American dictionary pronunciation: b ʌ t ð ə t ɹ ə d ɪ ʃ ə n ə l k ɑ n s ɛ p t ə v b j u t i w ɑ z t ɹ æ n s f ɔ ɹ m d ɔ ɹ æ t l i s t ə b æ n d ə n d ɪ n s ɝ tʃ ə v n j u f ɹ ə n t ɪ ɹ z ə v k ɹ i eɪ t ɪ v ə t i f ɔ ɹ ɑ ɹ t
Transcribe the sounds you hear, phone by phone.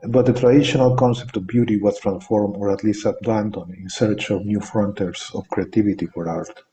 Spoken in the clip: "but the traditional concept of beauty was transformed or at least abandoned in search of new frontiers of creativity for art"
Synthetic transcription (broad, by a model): b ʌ t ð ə t ɹ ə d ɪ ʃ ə n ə l k ɑ n s ɛ p t ə v b j u t i w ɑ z t ɹ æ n s f ɔ ɹ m ɔ ɹ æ t l i s t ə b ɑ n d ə n ɪ n s ɝ tʃ ə v n j u f ɹ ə n t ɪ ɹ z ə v k ɹ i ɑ t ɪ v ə t i f ɔ ɹ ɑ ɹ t